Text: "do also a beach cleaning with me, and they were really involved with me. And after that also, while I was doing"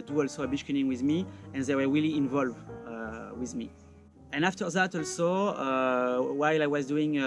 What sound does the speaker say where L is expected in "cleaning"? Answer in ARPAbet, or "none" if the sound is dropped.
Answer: none